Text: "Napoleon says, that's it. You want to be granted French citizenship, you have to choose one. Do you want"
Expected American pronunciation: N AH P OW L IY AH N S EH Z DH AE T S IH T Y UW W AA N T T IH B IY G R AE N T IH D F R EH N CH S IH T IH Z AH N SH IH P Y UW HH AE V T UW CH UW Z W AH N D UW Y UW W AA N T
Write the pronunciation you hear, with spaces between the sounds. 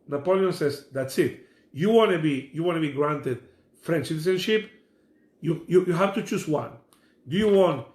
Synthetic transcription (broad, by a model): N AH P OW L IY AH N S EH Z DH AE T S IH T Y UW W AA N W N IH B IY G R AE N T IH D F R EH N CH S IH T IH S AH N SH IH P Y UW HH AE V T UW CH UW S W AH N D UW Y UW W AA N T